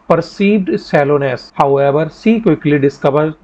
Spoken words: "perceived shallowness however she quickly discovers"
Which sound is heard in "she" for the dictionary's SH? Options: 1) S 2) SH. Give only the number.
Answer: 1